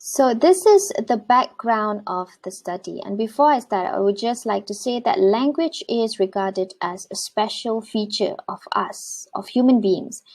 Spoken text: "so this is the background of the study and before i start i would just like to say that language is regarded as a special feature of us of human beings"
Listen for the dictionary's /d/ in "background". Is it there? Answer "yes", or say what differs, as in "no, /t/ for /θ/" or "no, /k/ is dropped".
yes